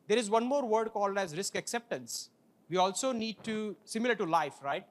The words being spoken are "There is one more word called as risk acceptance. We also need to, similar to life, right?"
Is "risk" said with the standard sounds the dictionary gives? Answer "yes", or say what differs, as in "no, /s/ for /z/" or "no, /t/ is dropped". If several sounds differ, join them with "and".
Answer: yes